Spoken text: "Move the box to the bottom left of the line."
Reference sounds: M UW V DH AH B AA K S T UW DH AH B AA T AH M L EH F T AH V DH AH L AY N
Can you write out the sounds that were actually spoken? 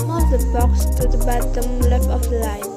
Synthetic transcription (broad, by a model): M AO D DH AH B AA K S T UW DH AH B AA T AH M L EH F AH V L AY